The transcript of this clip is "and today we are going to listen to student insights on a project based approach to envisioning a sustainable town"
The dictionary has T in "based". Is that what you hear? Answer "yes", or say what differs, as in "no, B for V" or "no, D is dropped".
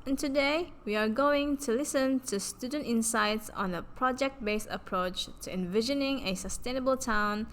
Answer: no, T is dropped